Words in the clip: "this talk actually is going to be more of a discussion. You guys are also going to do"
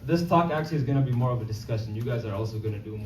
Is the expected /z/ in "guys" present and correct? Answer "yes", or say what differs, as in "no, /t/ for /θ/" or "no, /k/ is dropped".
yes